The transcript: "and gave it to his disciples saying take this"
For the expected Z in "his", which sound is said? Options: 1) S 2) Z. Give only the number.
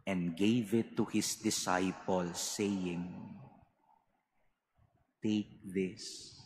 1